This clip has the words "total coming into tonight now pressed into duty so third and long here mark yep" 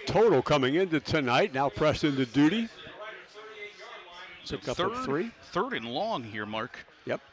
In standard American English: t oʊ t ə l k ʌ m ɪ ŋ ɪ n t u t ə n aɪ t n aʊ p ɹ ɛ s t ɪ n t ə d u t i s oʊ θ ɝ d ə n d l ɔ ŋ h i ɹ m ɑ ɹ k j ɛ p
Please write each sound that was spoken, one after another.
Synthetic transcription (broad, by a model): t oʊ t l k ʌ m ɪ ŋ ɪ n t u t ə n aɪ t n aʊ p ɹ ɛ s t ɪ n t ə d u t i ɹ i θ ɝ d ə n l ɔ ŋ h i ɹ m ɑ ɹ k j ɛ p